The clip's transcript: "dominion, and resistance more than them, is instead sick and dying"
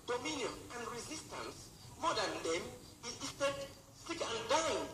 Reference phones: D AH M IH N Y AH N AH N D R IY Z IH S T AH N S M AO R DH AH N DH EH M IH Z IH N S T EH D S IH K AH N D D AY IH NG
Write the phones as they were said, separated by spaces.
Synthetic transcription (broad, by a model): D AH M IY N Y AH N AH N D R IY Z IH S T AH N S M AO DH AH N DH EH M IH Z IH S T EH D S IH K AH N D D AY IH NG